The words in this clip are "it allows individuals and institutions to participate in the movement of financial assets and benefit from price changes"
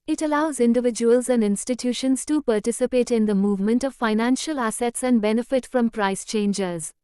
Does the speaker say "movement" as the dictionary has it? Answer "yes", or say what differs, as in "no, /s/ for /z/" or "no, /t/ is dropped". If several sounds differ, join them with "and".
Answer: yes